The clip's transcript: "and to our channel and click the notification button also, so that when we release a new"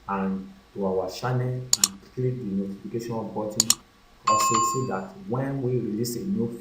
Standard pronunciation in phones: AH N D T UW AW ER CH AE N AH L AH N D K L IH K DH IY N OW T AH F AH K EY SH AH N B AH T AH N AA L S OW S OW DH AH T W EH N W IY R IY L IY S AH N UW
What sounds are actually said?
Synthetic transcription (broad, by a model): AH N T UW AW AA SH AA N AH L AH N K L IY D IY N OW T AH F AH K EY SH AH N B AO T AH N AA S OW S OW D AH T W EH N W IY R IY L IY S AH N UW